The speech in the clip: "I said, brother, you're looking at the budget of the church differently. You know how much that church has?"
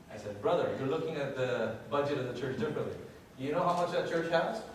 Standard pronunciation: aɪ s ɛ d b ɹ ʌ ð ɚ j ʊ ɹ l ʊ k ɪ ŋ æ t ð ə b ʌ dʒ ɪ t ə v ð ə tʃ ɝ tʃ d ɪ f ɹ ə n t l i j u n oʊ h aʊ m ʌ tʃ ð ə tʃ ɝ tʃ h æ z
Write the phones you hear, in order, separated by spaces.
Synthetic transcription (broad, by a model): aɪ s ɛ d b ɹ ʌ ð ɚ j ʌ ɹ l ʊ k ɪ ŋ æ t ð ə b ʌ dʒ ɪ t ə v ð ə tʃ ɝ tʃ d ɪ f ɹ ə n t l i j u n oʊ h aʊ m ʌ tʃ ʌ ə tʃ ɝ tʃ h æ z